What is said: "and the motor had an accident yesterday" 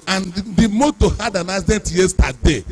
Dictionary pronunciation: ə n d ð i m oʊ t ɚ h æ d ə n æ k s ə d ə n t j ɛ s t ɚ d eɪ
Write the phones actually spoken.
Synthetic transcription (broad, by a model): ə n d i m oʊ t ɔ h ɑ d ə n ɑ s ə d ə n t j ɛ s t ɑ d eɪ